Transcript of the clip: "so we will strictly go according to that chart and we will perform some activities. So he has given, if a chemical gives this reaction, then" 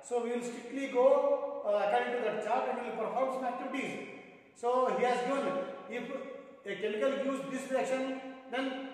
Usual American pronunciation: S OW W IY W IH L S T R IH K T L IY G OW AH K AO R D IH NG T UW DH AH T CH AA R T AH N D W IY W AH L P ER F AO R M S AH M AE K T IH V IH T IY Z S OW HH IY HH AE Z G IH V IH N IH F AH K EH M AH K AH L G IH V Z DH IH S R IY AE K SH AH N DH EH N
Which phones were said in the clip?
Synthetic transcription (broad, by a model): S OW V IY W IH L S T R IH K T L IY G OW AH K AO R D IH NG T UW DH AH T CH AA R T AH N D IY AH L P ER F AO R M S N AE T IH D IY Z S OW HH IY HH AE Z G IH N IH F AH K EH M AH K AH L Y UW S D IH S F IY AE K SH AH N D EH N